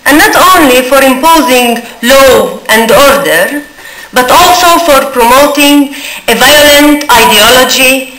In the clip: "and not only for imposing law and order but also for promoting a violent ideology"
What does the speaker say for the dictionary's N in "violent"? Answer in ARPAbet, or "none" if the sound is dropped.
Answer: N